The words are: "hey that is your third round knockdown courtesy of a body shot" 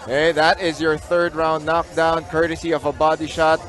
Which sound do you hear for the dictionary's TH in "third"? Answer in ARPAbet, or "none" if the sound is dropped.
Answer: TH